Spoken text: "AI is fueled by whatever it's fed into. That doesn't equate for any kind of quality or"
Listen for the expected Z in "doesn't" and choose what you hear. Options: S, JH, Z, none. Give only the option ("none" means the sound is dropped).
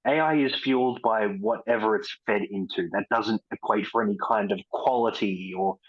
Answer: Z